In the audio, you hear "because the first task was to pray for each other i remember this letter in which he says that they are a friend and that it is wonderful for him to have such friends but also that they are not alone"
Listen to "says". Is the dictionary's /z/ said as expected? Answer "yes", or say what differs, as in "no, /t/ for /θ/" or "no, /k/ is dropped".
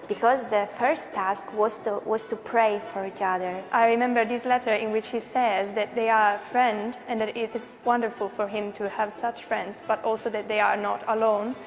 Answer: yes